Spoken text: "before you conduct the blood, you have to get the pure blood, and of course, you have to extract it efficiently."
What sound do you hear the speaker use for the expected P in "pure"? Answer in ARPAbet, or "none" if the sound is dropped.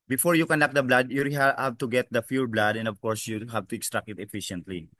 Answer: F